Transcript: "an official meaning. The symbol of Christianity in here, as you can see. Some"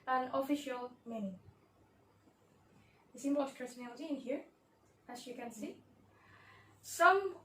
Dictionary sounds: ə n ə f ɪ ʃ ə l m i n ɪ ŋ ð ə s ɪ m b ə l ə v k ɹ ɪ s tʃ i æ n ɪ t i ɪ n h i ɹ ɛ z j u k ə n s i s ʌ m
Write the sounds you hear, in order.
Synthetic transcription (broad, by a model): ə n ə f ɪ ʃ ə l m i n ɪ ŋ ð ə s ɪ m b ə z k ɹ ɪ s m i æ l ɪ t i ɪ n h i ɹ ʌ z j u k ə n s i s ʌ m